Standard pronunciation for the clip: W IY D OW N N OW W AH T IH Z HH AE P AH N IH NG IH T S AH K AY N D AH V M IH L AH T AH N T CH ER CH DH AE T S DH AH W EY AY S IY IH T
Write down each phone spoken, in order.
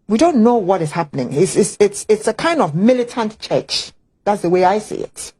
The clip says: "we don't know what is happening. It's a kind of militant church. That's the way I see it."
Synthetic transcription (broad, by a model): W IY D OW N N OW W AH T IH Z HH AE P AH N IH NG IH T S AH K AY N D AH V M IH L AH T AH N T CH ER CH DH AE T S DH AH W EY AY S IY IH T